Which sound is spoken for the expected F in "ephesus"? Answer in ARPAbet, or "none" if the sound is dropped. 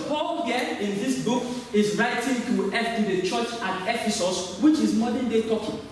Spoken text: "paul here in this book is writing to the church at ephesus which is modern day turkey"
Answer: F